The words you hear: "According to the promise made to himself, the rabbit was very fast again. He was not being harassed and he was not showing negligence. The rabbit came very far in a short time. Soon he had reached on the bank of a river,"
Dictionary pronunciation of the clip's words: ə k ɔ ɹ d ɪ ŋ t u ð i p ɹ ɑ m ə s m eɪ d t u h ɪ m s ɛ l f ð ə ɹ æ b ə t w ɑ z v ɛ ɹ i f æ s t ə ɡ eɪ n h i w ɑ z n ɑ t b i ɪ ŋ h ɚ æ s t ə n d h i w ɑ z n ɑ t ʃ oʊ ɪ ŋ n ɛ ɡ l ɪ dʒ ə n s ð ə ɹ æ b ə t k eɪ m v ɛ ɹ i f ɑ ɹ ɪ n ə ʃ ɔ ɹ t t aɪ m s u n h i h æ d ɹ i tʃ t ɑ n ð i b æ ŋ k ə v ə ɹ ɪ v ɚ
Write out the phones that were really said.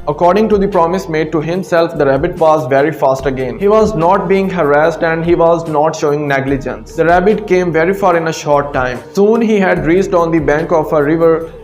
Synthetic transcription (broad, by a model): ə k ɔ ɹ d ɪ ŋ t u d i p ɹ ɑ m ə s m eɪ d t u h ɪ m s ɛ l f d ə ɹ æ b ə t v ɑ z v ɛ ɹ i f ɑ s t ə ɡ eɪ n h i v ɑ z n ɑ t b i ɪ ŋ h ɚ æ s t ə n d h i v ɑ z n ɑ t ʃ oʊ ɪ ŋ n ɛ ɡ l ɪ dʒ ə n s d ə ɹ æ b ə t k eɪ m v ɛ ɹ i f ɑ ɹ ɪ n ə ʃ ɔ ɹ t t aɪ m s u n h i h æ d ɹ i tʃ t ɑ n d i b æ ŋ k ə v ə ɹ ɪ v ɚ